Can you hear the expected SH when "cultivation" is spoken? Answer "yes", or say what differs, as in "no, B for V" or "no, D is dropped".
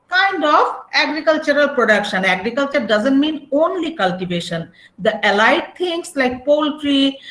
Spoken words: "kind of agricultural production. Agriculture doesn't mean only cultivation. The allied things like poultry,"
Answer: yes